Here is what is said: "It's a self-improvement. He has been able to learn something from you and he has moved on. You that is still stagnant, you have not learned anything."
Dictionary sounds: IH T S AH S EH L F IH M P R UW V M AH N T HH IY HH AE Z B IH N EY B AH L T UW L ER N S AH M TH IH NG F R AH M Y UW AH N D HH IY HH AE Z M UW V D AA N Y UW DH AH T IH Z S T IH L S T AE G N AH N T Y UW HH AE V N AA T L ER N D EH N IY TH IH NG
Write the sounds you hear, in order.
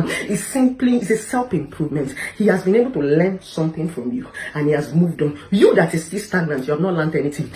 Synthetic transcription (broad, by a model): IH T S AH S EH L P IH M P R UW V M AH N T HH IY HH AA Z B IH N EY B AH L T UW L ER N S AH M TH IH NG F R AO M Y UW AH N HH IY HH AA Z M UW V D AA N Y UW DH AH T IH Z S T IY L S T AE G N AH N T Y UW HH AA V N AA T L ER N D EH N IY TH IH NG